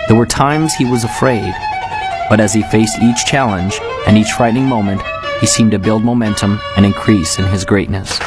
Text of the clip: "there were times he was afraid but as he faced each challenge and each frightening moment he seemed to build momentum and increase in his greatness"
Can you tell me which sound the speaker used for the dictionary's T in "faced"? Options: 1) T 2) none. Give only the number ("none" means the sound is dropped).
1